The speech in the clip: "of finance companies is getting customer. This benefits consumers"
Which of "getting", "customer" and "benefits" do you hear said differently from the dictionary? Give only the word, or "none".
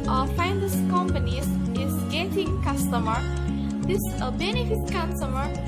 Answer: benefits